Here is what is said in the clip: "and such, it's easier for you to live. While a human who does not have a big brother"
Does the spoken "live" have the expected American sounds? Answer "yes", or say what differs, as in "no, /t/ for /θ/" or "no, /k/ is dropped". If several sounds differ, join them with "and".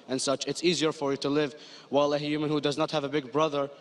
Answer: yes